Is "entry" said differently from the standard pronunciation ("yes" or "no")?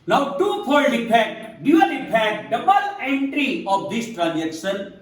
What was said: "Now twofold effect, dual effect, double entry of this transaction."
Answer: no